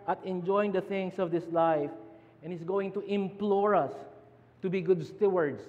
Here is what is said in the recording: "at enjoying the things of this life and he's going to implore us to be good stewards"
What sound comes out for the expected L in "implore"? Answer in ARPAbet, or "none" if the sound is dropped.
L